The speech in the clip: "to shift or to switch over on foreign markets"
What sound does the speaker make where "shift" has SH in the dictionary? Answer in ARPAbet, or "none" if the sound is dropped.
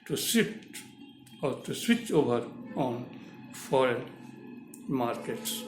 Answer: S